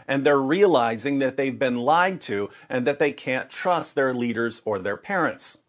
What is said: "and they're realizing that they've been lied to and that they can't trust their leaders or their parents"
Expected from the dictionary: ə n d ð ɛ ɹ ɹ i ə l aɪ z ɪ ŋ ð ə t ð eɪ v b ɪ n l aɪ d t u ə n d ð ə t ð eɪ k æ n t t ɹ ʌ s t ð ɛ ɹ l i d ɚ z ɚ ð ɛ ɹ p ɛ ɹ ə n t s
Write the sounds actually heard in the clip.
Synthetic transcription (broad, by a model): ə n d ð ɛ ɹ ɹ i ə l aɪ z ɪ ŋ ð ə t ð eɪ v b ɪ n l aɪ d t u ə n ð ə t ð eɪ k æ n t t ɹ ʌ s t ð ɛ ɹ l i d ɚ z ɚ ð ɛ ɹ p ɛ ɹ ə n t s